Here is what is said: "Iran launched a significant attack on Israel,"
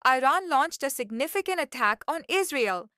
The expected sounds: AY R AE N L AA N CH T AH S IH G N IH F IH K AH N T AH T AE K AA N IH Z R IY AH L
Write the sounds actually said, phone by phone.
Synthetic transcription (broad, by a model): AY R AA N L AA N CH T AH S IH G N IH F IH K AH N T AH T AE K AA N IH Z R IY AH L